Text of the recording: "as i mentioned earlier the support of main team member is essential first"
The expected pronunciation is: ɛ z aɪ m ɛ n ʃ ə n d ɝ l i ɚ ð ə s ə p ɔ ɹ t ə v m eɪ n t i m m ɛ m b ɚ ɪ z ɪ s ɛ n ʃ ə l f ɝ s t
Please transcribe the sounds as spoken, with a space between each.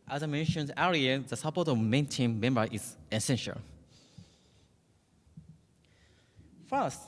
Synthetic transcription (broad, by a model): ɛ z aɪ m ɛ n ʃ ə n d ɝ i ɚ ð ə s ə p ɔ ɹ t ə v m eɪ n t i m m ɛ m b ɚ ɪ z ɪ s ɛ n ʃ ə l f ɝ s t